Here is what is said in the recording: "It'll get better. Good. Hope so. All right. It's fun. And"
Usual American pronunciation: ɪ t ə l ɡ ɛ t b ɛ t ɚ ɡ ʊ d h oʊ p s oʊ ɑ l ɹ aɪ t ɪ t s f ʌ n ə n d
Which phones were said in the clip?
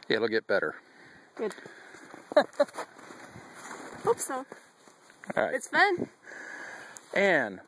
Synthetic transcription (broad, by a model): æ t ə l ɡ ɛ t b ɛ t ɚ ɡ ʊ d h oʊ p s oʊ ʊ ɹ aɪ ɪ t s f ʌ n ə n